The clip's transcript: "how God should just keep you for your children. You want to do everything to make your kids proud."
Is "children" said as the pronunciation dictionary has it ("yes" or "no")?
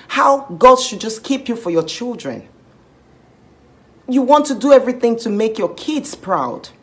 yes